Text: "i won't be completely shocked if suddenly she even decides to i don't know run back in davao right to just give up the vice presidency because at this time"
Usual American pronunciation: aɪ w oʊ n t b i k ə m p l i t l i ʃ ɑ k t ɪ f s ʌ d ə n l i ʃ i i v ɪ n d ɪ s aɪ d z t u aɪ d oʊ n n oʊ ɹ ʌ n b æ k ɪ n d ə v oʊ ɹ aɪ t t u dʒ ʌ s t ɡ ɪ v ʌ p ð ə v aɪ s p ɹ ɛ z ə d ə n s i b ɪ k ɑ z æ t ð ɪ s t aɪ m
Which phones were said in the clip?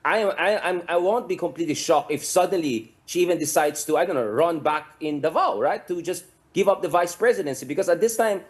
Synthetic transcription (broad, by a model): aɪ w oʊ n t b i k ə m p l i t l i ʃ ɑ k ɪ f s ʌ d ə n l i ʃ i i v ɪ n d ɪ s aɪ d s t u aɪ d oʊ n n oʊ ɹ ʌ n b æ k ɪ n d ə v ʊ ɹ aɪ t t u dʒ ʌ s t ɡ ɪ v ʌ p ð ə v aɪ s p ɹ ɛ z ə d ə n s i b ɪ k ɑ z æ t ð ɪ s t aɪ m